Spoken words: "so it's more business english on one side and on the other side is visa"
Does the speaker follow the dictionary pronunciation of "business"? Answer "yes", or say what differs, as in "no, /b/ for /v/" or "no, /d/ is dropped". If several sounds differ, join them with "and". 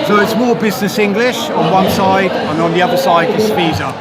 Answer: yes